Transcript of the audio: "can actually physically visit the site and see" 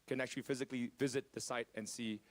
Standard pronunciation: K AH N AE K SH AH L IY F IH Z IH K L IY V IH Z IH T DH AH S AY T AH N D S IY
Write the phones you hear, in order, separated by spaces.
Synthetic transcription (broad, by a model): K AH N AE K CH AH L IY F IH Z IH K L IY V IH Z IH T DH AH S AY T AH N S IY